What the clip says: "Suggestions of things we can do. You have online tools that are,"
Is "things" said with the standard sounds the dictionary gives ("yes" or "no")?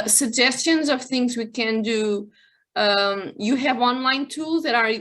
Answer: yes